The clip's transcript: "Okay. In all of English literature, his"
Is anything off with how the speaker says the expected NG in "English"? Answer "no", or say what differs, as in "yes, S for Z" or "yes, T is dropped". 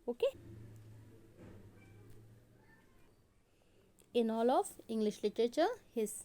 no